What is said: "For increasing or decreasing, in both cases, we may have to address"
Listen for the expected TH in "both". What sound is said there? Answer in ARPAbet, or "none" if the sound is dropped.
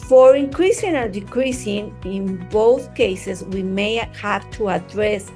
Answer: TH